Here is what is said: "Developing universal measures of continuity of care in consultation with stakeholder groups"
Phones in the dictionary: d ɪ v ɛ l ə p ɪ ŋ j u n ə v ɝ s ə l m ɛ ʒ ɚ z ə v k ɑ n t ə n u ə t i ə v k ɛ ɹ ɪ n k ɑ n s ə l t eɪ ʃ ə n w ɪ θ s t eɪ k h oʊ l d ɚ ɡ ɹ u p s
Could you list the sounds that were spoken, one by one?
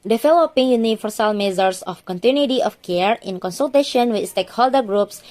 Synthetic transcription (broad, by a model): d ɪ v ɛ l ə p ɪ ŋ j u n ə f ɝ s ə l m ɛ z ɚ s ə f k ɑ n t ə n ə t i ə f k ɛ ɹ ɪ n k ɑ n s ə l t eɪ ʃ ə n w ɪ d s t eɪ k h oʊ l d ɚ ɡ ɹ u p s